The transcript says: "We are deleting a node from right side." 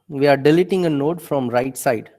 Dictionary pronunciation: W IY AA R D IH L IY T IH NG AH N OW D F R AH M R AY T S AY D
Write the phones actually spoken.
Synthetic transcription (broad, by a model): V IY AA R D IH L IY T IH NG AH N OW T F R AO M R AY T S AY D